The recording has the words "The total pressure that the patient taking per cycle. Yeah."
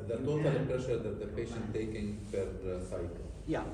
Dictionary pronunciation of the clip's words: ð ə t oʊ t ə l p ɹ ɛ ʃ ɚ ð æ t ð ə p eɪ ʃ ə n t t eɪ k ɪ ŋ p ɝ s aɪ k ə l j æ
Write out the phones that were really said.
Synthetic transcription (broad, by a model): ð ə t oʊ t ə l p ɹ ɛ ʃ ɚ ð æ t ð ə p eɪ ʃ ə n t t eɪ k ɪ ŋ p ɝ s aɪ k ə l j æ